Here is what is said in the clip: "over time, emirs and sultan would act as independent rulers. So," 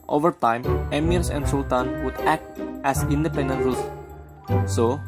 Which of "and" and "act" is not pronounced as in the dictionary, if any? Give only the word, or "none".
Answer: none